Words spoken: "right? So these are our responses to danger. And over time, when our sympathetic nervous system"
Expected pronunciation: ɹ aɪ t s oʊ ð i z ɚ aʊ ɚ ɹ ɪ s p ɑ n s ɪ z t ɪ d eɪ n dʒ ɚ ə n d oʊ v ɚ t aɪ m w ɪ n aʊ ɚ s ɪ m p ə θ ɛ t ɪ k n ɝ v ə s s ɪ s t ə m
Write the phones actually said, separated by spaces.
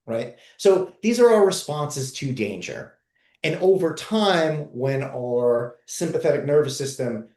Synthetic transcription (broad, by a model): ɹ aɪ t s oʊ ð i z ɚ aʊ ɚ ɹ ɪ s p ɑ n s ɪ z t ɪ d eɪ n dʒ ɚ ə n oʊ v ɚ t aɪ m w ɪ n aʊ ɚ s ɪ m p ə θ ɛ t ɪ k n ɝ v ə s s ɪ s t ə m